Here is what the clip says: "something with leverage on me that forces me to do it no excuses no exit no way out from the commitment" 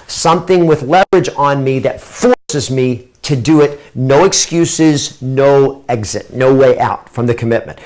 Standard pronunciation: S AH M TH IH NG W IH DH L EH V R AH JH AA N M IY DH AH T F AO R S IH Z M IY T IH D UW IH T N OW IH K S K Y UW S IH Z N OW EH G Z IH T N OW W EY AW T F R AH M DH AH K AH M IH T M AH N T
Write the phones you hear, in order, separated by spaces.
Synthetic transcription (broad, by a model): S AH M TH IH NG W IH DH L EH V R AH JH N M IY DH AH T F AO R S IH Z M IY T IH D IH IH T N OW IH K S K Y UW S IH Z N OW EH G Z IH T N OW W EY AW T F R AH M DH AH K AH M IH T M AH N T